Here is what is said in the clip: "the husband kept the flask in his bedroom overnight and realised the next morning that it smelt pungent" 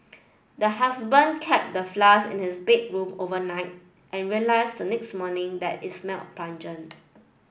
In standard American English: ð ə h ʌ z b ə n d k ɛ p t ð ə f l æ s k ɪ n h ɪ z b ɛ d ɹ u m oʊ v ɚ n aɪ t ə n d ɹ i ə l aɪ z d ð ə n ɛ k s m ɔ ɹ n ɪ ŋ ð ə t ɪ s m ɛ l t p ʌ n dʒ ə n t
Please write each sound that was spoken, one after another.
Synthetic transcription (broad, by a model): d ə h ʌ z b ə n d k ɛ p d ə f l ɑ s ɪ n h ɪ s b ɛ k ɹ u m oʊ v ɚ n aɪ t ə n ɹ i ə l aɪ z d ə n ɛ k s m ɔ n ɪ ŋ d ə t ɪ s m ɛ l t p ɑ n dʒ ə n